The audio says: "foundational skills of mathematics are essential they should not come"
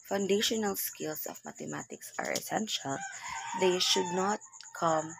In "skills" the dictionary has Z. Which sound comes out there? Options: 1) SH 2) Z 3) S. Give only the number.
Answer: 3